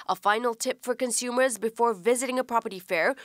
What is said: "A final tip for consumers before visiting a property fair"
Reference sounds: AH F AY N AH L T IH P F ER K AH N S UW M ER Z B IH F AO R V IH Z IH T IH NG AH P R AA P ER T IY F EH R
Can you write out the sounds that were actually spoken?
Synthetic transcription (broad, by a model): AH F AY N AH L T IH P F ER K AH N S UW M ER Z B IH F AO R V IH Z IH T IH NG AH P R AA P ER T IY F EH R